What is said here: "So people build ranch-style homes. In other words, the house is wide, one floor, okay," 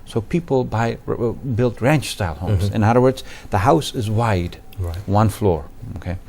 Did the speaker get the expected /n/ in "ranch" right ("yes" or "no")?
yes